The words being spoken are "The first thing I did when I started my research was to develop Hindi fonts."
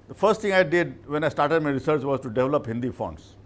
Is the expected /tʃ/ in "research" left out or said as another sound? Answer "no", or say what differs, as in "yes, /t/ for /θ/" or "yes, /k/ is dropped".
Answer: no